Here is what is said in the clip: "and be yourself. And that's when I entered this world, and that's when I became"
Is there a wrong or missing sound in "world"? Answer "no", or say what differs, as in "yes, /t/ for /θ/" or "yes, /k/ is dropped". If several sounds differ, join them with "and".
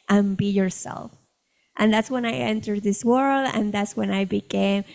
no